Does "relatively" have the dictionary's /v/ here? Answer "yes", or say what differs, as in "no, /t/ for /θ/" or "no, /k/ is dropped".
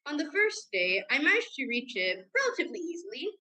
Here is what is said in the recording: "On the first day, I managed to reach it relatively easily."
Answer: yes